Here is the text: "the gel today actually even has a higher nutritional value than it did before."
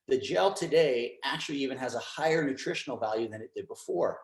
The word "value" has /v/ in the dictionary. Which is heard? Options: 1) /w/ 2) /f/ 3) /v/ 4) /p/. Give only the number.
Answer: 3